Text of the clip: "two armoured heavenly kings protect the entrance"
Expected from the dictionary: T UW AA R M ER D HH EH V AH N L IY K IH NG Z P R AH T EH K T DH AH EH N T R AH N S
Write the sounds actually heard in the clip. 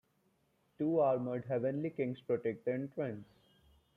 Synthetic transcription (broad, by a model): T UW AA R M ER D HH EH V AH N L IY K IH NG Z P R AH T EH K T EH N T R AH N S